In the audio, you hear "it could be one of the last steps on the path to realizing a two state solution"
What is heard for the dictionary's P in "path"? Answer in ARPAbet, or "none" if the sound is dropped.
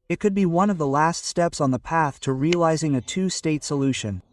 P